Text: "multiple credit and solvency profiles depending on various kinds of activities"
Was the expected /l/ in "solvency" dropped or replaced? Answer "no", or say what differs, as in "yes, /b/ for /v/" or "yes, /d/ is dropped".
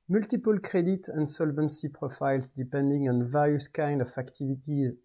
no